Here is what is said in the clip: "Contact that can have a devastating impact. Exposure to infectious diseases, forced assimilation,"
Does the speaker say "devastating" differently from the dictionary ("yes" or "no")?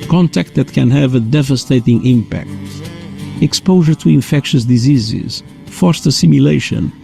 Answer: no